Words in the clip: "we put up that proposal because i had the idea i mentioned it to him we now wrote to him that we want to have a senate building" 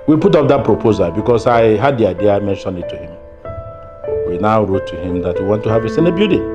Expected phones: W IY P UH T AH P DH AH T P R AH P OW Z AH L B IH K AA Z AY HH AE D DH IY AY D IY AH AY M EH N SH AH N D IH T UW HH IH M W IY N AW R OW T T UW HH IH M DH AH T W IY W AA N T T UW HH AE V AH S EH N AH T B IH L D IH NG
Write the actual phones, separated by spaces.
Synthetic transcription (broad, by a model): W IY P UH T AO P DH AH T P R AH P OW Z AH L B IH K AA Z AY HH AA D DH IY AY D IY AH AY M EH N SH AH N IH T UW HH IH M W IY N AW R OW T T UW HH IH M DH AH T W IY W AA N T T UW HH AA V AH S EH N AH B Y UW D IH